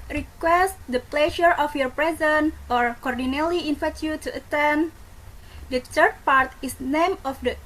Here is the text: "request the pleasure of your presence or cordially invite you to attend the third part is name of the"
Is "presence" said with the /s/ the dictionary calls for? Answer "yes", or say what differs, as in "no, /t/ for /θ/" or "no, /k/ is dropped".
no, /s/ is dropped